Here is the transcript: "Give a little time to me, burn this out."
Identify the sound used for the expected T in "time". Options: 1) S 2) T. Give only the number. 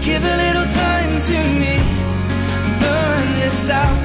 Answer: 2